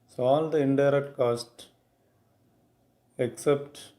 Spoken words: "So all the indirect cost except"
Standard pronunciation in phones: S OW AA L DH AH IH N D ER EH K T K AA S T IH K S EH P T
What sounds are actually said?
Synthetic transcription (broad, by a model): S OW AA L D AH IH N D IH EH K T K AA S T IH K S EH P T